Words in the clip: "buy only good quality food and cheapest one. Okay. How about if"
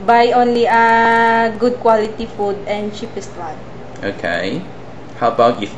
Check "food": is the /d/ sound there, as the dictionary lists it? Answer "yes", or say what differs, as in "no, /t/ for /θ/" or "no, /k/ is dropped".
yes